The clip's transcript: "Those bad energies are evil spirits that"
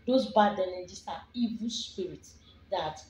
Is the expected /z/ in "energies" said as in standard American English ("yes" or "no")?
no